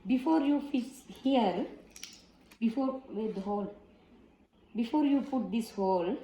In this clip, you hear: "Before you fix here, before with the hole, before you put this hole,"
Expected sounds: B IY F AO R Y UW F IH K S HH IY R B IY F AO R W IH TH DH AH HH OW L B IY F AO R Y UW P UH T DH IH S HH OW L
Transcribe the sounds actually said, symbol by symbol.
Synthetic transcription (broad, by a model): B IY F AO R Y UW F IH S HH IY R B IY F AO R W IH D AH HH OW L B IY F AO R Y UW P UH T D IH S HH OW L